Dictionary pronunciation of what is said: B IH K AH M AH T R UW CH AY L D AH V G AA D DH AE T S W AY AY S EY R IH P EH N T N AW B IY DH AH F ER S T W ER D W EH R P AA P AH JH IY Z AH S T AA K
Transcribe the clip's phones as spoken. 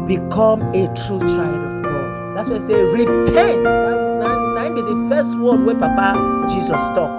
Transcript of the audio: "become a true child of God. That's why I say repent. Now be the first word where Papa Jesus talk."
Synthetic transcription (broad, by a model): B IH K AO M AH T R UW CH AY L D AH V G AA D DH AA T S W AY AY S EY R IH P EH N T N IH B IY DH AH F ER S T W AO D W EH P AA P AH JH IY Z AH S T AA K